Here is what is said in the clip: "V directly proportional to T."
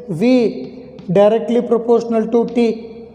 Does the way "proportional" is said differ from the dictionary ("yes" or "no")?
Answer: no